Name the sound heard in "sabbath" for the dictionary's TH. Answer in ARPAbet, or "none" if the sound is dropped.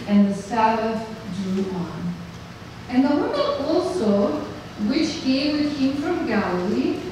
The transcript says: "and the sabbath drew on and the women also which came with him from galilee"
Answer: F